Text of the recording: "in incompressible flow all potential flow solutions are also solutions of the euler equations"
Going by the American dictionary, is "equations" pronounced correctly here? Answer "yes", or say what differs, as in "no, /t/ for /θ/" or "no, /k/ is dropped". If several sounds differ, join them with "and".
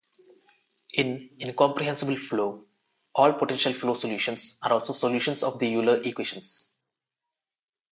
no, /ʃ/ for /ʒ/ and /s/ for /z/